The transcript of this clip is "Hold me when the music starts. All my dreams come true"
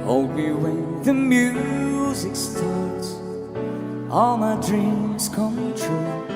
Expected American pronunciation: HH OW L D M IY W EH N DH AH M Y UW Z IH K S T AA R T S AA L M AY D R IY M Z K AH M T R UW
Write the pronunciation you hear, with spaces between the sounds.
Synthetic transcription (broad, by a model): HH OW L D M IY W EH N DH AH M Y UW Z IH K S T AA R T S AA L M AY D R IY M Z K AH M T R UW